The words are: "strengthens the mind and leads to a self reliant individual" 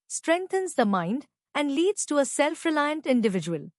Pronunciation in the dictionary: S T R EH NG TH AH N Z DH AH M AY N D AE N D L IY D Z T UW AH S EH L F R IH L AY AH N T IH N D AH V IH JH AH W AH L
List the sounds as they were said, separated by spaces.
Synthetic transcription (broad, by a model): S T R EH NG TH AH N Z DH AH M AY N D AE N D L IY D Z T UW AH S EH L F R IH L AY AH N T IH N D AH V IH JH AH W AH L